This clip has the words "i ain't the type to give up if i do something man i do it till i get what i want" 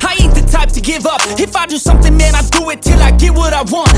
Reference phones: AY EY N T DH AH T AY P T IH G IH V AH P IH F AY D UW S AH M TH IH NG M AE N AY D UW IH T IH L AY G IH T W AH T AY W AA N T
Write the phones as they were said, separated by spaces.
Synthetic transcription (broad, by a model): AY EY T DH AH T AY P T IH G IH V AH P IH F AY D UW S AH M TH IH NG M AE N AY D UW IH T IH L AY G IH W AH T AY W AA N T